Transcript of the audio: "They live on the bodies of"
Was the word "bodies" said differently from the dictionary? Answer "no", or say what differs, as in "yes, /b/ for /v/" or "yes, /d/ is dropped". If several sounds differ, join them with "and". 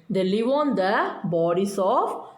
yes, /s/ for /z/